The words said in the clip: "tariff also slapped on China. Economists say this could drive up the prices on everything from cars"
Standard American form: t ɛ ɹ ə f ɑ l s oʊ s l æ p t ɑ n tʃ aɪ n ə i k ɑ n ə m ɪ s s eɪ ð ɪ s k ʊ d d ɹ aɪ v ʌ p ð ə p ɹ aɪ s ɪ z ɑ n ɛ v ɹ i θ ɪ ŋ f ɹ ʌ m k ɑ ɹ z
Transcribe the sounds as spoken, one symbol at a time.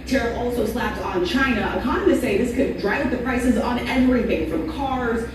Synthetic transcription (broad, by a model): t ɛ ɹ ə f ɑ l s oʊ s l æ p t n tʃ aɪ n ə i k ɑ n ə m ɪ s s eɪ ð ɪ s k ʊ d d ɹ aɪ v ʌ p ð ə p ɹ aɪ s ɪ z n ɛ v ɹ i θ ɪ ŋ f ɹ ʌ m k ɑ ɹ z